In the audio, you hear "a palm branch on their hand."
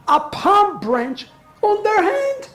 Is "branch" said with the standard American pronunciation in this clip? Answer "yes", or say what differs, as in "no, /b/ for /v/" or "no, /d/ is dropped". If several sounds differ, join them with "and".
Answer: yes